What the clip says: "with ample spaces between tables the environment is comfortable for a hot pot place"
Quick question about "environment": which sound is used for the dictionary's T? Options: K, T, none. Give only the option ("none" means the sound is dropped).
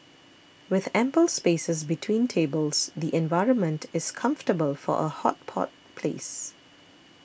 T